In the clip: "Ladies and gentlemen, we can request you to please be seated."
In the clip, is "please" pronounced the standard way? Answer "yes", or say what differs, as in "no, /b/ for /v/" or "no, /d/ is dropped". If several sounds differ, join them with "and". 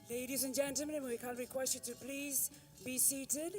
yes